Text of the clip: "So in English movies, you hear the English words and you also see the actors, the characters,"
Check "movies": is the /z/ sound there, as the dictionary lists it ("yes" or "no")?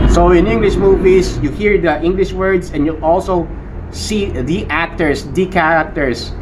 no